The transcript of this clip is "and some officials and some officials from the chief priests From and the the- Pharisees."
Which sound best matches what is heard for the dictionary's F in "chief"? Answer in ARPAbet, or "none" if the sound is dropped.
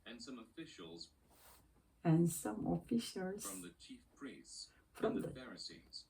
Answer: F